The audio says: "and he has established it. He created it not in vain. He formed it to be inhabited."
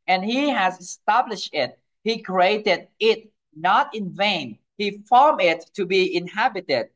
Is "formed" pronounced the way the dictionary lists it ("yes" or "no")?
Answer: no